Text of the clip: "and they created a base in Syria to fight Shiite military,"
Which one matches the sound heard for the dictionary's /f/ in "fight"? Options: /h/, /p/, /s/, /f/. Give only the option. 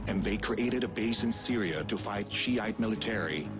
/f/